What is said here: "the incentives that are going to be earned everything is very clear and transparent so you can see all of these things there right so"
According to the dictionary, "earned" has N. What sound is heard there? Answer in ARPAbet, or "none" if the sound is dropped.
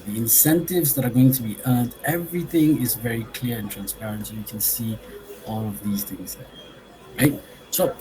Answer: N